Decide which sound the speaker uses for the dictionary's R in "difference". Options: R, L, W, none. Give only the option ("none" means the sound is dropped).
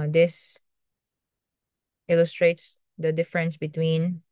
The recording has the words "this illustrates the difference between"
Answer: R